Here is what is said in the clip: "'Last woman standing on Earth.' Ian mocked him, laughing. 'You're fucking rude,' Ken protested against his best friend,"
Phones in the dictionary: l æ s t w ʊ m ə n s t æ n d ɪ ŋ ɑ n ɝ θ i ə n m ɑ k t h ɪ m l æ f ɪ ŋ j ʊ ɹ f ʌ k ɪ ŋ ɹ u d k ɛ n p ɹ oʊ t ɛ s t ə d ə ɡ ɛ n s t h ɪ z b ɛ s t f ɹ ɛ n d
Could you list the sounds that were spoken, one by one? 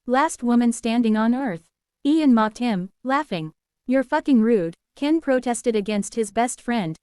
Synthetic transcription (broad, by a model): l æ s t w ʊ m ə n s t æ n d ɪ ŋ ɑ n ɝ θ i ə n m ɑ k t h ɪ m l æ f ɪ ŋ j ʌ ɹ f ʌ k ɪ ŋ ɹ u d k ɛ n p ɹ oʊ t ɛ s t ə d ə ɡ ɛ n s t h ɪ z b ɛ s t f ɹ ɛ n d